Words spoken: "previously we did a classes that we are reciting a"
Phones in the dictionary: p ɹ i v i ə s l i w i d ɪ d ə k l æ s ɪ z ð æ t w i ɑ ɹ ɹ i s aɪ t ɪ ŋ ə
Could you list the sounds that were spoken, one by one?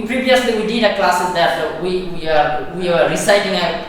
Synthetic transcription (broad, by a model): p ɹ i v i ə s l i w i d ɪ d ə k l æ s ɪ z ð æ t w i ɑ w ɹ i s aɪ t ɪ ŋ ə